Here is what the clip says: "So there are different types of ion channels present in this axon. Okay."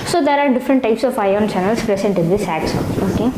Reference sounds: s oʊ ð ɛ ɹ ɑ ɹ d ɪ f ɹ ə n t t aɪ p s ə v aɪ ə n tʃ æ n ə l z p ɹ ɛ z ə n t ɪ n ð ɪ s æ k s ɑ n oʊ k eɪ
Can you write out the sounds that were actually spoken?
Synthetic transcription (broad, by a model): s oʊ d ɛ ɹ ɑ ɹ d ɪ f ɹ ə n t t aɪ p s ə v aɪ ə n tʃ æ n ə l s p ɹ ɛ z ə n t ɪ n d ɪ s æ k s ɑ oʊ k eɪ